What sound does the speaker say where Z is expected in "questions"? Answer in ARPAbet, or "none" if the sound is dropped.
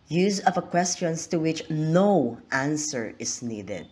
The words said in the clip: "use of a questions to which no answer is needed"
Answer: S